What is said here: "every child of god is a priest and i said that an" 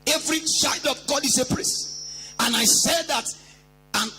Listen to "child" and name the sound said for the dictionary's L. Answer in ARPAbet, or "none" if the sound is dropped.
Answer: L